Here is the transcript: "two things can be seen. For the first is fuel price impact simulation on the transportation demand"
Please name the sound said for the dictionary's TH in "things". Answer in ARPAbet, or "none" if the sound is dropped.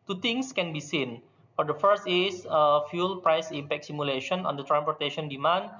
T